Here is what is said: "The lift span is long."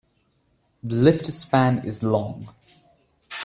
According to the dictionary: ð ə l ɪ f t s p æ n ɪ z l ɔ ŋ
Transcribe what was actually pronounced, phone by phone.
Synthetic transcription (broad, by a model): ð ə l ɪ f t s p æ n ɪ z l ɔ ŋ